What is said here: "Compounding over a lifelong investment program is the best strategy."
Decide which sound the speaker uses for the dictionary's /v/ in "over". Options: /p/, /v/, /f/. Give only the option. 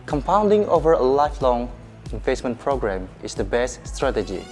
/v/